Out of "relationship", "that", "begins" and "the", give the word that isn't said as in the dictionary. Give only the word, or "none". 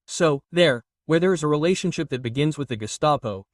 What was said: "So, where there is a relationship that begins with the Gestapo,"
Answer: none